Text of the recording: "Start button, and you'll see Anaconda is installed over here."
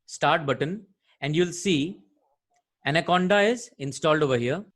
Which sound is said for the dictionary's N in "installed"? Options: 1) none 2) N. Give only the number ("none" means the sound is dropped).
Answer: 2